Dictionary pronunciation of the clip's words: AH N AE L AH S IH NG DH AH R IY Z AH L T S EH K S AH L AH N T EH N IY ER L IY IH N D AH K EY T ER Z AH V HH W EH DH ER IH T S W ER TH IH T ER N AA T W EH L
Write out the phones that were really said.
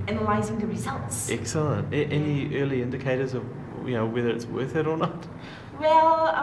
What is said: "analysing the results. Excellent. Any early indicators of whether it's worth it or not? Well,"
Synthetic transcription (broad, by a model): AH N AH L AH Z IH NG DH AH R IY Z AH L T S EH K S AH L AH N T EH N IY ER L IY IH N D AH K EY T ER Z AH V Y W EH DH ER IH T S W ER TH IH T ER N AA T W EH L